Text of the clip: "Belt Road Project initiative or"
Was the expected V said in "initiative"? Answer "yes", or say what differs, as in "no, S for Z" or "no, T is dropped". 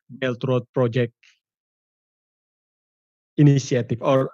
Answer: no, F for V